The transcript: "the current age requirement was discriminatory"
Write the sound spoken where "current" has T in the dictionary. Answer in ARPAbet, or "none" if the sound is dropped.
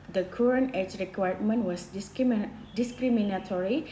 none